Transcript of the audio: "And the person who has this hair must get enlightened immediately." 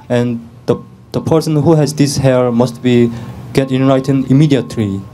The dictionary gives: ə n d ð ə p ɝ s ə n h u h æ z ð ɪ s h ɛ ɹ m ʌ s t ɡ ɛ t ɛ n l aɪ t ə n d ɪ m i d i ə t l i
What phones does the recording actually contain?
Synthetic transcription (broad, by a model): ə n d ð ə p ɝ s ə n h u h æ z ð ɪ s h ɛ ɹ m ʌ s t ɡ ɛ t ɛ n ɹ aɪ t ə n ɪ m i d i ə t l i